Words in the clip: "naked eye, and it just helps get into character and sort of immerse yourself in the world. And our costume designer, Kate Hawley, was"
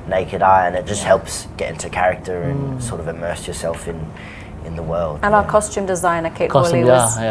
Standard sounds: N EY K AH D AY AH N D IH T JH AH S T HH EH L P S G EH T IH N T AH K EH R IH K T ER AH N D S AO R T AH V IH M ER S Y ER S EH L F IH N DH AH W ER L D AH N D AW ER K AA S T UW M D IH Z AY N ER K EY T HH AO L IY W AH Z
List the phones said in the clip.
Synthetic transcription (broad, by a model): N EY K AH D AY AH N IH T JH AH S T HH EH L P S G EH T IH N T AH K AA R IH K T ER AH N S AO R T AH V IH M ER S Y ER S EH L F IH N DH AH W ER L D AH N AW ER K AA S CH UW M D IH Z AY N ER K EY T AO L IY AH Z